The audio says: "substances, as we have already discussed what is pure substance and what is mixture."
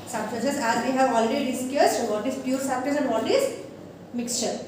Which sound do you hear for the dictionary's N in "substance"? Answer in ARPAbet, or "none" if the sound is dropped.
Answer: none